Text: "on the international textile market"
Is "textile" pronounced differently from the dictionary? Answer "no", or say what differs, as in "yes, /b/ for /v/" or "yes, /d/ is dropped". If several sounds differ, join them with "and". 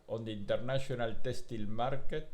yes, /k/ is dropped